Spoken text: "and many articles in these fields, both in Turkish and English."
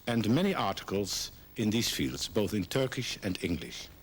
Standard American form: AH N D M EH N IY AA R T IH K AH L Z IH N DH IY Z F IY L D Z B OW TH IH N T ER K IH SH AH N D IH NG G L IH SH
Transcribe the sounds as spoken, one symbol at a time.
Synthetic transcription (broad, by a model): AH N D M EH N IY AA R T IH K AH L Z IH N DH IY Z F IY L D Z B OW TH IH N T ER K IH SH AH N D IH NG G L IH SH